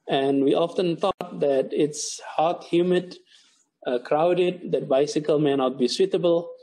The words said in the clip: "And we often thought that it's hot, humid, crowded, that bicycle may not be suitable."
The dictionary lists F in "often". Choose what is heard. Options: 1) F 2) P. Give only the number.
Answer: 1